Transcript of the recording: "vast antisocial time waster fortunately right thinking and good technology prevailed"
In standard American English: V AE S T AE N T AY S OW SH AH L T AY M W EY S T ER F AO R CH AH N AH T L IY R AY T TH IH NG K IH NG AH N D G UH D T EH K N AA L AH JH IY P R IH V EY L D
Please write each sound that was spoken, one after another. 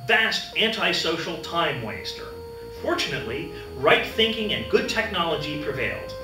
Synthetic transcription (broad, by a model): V AE S T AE N T AY S OW SH L T AY M W EY S T ER F AO R CH AH N AH T L IY R AY T TH IH NG K IH NG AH N G UH D T EH K N AA L AH JH IY P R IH V EY L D